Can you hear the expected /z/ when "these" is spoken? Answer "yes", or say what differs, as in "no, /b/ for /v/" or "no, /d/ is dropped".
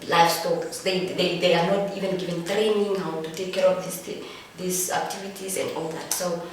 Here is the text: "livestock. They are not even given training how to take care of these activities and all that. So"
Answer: no, /s/ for /z/